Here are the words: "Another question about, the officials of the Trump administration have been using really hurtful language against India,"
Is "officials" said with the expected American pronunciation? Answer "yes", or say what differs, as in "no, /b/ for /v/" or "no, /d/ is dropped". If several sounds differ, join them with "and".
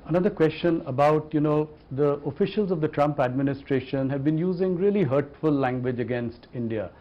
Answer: yes